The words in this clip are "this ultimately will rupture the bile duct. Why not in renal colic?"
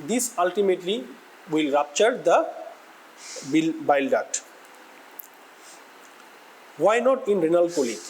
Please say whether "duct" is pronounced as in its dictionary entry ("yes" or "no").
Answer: no